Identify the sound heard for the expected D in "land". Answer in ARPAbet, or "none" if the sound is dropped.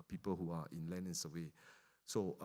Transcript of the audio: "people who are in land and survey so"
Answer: none